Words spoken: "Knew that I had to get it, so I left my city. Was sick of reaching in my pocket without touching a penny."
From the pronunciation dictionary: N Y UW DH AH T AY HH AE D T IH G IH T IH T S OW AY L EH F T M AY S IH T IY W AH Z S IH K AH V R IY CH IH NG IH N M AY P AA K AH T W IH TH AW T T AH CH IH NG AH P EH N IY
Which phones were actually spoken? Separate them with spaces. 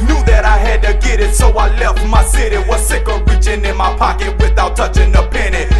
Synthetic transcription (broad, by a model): N Y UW DH AH T AY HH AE D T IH G IH T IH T S OW AY L EH F T M AY S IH T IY W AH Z S IH K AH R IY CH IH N IH N M AY P AA K AH T W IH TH AW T T AH CH IH NG AH P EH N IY